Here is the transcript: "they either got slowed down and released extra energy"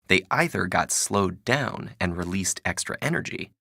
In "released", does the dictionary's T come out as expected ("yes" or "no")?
yes